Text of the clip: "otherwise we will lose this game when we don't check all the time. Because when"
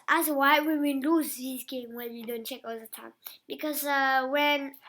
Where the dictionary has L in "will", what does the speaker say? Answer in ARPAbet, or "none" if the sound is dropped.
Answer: N